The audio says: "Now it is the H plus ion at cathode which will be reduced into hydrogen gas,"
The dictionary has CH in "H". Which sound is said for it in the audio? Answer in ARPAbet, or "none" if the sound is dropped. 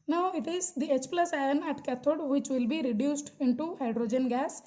CH